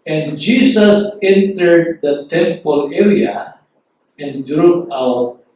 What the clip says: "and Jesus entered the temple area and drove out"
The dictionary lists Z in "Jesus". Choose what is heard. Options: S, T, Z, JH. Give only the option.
S